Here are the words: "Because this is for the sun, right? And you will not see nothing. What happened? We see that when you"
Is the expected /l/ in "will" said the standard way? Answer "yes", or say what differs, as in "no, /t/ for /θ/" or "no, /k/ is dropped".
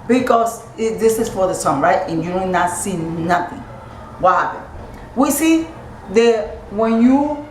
no, /n/ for /l/